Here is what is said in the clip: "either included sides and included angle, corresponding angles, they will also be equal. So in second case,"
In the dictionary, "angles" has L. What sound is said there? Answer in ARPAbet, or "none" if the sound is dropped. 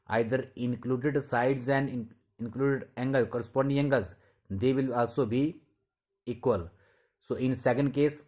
none